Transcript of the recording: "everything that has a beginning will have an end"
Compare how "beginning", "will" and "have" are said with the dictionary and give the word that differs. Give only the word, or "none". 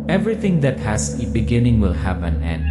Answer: have